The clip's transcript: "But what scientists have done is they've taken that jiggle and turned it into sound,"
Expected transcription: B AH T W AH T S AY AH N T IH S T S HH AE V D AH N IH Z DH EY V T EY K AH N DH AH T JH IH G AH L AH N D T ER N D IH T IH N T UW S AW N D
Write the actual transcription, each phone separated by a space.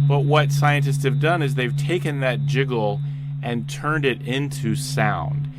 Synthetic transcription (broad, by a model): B AH T W AH T S AY AH N T IH S T S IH V D AH N IH Z DH EY V T EY K AH N DH AH T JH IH G L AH N T ER N D IH T IH N T UW S AW N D